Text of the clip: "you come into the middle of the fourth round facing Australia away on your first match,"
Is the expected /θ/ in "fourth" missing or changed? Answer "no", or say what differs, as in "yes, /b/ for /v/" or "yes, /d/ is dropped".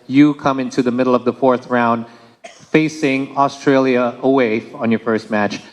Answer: no